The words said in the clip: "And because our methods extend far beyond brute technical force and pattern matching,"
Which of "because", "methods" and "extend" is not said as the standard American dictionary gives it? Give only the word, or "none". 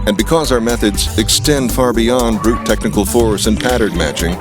none